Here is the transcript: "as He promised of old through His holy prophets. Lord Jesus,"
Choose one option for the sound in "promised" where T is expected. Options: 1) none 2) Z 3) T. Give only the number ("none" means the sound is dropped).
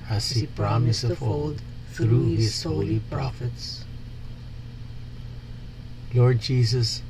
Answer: 1